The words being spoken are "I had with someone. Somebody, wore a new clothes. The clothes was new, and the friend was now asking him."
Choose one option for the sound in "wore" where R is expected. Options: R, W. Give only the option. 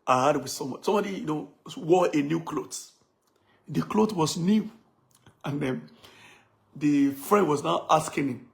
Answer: W